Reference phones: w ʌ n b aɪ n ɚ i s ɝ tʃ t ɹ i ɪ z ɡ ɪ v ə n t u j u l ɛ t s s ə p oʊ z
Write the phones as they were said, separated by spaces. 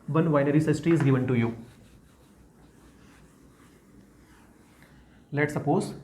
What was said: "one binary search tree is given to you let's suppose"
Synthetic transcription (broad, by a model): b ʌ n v aɪ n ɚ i s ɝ s t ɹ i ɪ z ɡ ɪ v ə n t u j u l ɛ t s s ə p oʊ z